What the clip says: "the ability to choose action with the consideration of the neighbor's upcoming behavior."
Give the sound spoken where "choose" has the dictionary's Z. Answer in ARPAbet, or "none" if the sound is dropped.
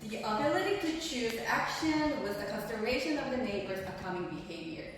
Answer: Z